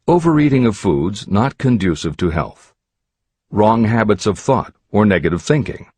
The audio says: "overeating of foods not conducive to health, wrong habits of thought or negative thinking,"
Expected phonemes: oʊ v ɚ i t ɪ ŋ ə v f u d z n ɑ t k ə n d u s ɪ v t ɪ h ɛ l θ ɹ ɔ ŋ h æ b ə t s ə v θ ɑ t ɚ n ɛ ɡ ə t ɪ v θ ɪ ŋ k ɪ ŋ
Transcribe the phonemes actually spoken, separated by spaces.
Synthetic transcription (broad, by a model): oʊ v ɚ i t ɪ ŋ ə v f u d z n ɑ t k ə n d u s ɪ v t ɪ h ɛ l θ ɹ ɔ ŋ h æ b ə t s ə v θ ɑ t ɚ n ɛ ɡ ə t ɪ v θ ɪ ŋ k ɪ ŋ